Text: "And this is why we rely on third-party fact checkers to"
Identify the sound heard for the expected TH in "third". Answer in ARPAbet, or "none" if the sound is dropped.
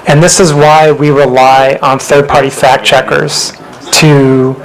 TH